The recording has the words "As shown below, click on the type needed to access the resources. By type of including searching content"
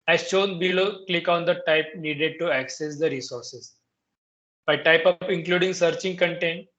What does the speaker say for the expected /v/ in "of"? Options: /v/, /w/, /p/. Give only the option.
/p/